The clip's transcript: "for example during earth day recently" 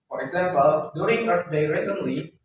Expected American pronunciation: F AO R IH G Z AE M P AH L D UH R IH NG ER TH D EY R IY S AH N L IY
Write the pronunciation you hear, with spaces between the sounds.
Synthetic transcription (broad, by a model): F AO R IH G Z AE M P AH L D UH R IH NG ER T D EY R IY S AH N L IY